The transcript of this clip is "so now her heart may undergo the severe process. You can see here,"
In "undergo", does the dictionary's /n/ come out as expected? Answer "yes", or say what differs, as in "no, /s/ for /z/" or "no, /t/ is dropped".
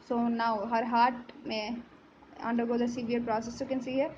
yes